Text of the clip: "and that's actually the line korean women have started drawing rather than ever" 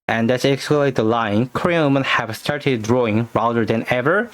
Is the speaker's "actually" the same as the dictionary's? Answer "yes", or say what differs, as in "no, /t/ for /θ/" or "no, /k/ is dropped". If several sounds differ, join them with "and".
no, /s/ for /tʃ/